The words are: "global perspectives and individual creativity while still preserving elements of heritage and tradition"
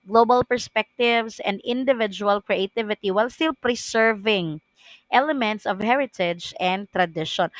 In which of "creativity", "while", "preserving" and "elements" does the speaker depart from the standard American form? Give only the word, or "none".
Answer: preserving